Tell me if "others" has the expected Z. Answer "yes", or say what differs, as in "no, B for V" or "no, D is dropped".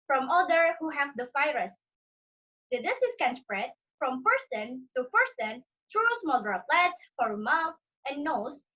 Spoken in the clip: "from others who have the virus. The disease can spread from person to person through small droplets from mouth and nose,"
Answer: no, Z is dropped